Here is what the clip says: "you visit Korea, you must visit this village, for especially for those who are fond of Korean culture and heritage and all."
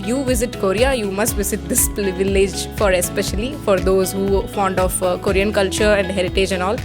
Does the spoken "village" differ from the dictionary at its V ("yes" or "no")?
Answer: no